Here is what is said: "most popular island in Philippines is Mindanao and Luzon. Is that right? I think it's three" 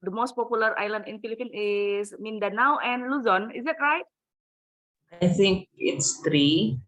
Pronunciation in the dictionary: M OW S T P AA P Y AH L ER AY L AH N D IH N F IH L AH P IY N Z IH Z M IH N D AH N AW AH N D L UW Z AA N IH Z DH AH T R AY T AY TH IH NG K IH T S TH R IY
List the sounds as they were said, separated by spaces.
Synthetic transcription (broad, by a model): M OW S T P AA P Y AH L ER AY L AH N D IH N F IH L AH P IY N IH S M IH N D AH N AW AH N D L UW Z AA N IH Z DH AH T R AY T AY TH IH NG K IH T S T R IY